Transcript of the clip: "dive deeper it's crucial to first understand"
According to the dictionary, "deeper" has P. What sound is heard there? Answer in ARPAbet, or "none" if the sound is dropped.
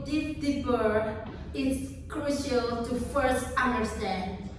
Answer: B